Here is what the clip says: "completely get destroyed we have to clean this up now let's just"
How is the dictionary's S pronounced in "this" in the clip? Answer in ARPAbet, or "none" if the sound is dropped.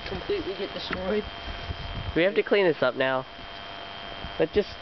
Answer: S